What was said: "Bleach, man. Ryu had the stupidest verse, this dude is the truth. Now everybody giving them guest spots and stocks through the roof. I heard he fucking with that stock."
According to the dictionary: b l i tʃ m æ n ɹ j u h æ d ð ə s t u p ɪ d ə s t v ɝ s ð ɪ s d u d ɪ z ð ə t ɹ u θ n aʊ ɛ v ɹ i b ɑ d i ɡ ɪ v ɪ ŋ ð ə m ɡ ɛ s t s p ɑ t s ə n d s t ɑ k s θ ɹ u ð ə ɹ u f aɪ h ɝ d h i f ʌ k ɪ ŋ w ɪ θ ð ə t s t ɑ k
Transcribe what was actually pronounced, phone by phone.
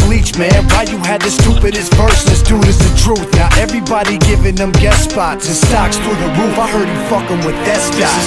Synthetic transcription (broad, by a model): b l i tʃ m æ n w j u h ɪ d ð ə s t u p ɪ d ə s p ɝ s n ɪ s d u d ɪ z ð ə t ɹ u θ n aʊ ɛ v ɹ i b ɑ d i ɡ ɪ v ɪ ŋ ð ə m ɡ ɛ t s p ɑ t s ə s t ɑ k s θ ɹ ð ə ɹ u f aɪ h ɝ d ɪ f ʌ k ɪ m w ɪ ð ə t s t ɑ